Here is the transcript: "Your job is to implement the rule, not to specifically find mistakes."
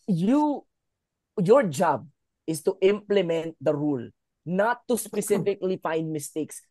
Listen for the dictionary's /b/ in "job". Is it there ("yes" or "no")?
yes